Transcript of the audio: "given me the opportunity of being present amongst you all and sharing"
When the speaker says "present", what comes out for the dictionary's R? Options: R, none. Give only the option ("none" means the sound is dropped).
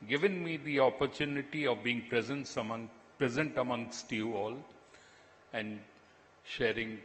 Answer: R